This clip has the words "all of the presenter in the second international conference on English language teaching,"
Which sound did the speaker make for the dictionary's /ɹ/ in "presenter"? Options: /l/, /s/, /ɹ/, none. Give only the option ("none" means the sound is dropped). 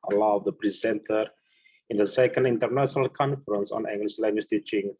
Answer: /ɹ/